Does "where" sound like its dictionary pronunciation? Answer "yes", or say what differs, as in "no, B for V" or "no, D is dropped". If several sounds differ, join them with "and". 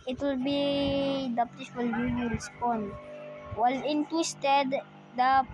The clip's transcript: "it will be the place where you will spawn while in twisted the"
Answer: no, L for R